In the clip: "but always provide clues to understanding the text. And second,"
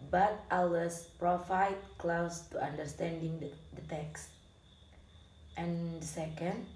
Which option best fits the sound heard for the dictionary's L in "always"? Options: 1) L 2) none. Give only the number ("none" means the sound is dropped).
2